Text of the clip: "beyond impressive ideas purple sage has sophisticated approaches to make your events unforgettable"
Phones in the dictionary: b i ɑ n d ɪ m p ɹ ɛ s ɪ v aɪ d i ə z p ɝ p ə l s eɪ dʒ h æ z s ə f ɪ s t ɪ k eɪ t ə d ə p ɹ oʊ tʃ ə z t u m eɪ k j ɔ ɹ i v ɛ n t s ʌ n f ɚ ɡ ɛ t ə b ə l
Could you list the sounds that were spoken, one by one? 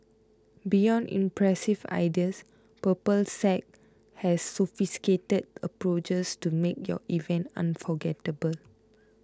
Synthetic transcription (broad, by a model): b i ɑ n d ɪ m p ɹ ɛ s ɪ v aɪ d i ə s p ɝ p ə l s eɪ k h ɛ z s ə f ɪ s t k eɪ t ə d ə p ɹ oʊ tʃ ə s t u m eɪ k j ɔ i v ɛ n t ʌ n f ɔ ɡ ɛ t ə b ə l